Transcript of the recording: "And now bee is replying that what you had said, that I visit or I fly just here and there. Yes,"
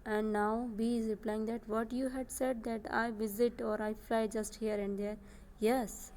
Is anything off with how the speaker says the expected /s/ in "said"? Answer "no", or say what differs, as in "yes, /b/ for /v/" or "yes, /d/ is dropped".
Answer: no